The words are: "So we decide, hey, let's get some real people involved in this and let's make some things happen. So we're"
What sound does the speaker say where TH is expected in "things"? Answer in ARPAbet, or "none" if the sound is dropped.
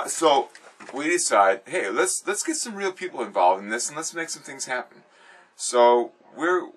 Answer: TH